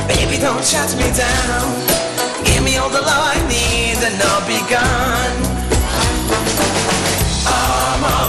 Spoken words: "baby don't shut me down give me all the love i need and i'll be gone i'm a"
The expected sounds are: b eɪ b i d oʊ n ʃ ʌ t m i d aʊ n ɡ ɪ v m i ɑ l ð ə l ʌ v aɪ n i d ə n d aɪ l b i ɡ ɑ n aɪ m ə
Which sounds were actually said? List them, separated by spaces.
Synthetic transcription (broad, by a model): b eɪ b i d oʊ n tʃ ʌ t m i d aʊ n ɡ ɪ v m i ɑ l ð ə l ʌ aɪ n i d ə n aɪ b i ɡ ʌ n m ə